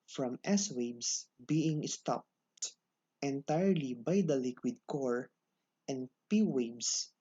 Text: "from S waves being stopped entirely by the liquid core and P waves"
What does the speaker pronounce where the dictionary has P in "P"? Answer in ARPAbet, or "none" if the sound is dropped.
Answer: P